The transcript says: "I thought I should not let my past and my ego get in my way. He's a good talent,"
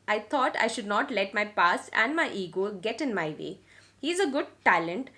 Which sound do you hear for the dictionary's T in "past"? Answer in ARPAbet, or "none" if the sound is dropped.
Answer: none